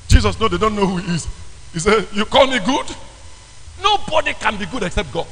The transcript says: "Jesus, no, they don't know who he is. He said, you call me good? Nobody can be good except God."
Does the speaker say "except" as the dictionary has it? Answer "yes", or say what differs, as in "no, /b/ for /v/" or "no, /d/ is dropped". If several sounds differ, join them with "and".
yes